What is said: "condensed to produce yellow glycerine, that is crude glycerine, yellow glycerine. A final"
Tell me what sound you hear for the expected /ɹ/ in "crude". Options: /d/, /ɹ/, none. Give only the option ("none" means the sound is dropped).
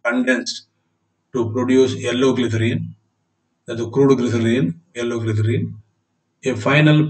/ɹ/